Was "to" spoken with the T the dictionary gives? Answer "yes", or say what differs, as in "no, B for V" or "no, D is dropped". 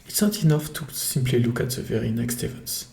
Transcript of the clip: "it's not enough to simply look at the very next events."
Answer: yes